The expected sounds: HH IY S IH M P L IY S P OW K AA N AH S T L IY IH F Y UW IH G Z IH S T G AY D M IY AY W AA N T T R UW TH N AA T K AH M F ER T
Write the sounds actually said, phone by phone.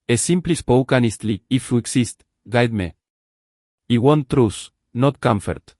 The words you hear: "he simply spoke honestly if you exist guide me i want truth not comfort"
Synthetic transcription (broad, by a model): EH S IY M P L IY S P OW K AA N AH S T L IY IH F Y UW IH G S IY S T G AY D M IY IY W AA N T T R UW S N AA T K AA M F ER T